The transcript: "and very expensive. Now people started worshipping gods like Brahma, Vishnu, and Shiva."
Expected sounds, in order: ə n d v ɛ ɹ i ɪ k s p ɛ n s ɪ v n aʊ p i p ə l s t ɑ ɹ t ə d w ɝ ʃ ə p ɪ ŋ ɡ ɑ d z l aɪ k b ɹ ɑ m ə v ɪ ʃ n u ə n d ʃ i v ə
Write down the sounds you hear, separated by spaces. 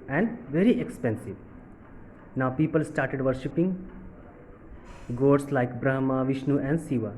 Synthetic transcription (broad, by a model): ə n d v ɛ ɹ i ɪ k s p ɛ n s ɪ v n aʊ p i p ə l s t ɑ ɹ t ə d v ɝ ʃ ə p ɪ ŋ ɡ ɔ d s l aɪ k b ɹ ɑ m ə v ɪ ʃ n u ə n d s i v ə